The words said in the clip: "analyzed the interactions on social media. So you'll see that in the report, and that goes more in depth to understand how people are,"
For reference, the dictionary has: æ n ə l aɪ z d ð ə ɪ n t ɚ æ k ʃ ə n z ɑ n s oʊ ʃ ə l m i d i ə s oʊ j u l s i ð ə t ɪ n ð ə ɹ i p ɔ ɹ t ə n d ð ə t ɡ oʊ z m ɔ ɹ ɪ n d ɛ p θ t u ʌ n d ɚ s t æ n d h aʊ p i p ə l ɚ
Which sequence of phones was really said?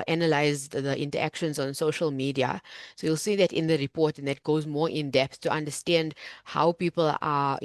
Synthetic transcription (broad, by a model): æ n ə l aɪ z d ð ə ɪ n t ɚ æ k ʃ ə n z ɑ n s oʊ ʃ ə l m i d i ə s oʊ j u l s i ð ə t ɪ n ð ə ɹ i p ɔ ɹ t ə n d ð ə t ɡ oʊ z m ɔ ɹ ɪ n d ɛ p s t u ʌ n d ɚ s t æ n d h aʊ p i p ə l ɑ